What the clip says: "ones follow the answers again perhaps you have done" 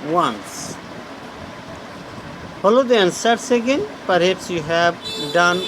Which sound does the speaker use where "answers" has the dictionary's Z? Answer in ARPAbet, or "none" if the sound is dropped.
S